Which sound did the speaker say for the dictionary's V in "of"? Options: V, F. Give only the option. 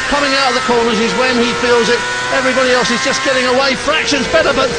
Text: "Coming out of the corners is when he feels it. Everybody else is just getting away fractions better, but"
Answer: V